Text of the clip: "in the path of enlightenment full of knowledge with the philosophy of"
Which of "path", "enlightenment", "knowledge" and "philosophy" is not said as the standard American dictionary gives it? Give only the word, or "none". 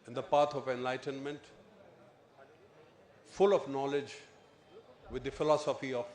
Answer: path